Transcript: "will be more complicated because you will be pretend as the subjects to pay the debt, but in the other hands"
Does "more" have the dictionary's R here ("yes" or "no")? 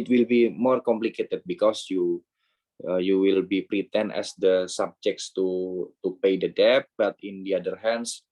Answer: yes